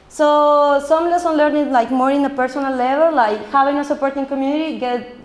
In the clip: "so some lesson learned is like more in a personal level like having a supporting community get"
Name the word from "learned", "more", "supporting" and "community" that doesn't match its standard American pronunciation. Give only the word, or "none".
learned